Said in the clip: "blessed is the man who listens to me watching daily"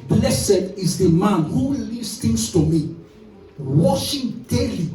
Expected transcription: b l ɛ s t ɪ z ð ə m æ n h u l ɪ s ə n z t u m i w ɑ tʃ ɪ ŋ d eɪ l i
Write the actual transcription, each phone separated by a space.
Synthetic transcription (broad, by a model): b l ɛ s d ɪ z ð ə m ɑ n h u l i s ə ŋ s t u m i w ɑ ʃ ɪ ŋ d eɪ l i